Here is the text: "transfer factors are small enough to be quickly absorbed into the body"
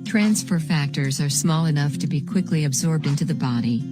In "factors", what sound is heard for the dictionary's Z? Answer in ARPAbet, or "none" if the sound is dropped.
Z